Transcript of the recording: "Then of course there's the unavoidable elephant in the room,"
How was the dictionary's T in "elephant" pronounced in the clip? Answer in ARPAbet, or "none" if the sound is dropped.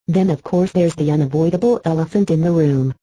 T